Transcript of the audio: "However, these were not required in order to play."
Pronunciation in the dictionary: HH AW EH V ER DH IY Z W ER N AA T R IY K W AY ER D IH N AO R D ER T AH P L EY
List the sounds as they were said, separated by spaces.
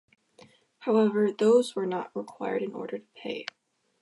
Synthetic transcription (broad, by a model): HH AW EH V ER DH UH Z W ER N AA T R IY K W AY ER D IH N AO R D ER T AH P EY